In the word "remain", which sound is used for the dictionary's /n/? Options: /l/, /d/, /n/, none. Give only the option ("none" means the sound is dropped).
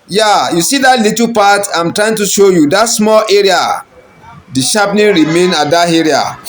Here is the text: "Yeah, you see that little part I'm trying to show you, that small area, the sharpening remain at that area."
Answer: /n/